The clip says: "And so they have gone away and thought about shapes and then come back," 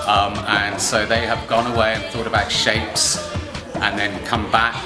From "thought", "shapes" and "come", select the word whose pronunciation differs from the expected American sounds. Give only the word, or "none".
none